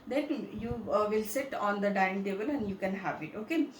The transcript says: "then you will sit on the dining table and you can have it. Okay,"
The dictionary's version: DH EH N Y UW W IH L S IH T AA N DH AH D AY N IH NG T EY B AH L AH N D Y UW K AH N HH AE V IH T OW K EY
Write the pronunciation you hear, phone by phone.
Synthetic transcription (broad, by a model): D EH N Y UW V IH L S IH T AA N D AH D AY IH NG T EY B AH L AH N D Y UW K AH N HH AE V IH T OW K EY